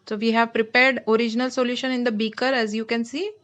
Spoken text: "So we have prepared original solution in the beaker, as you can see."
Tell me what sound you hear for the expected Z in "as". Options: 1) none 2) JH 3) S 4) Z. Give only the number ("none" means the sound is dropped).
4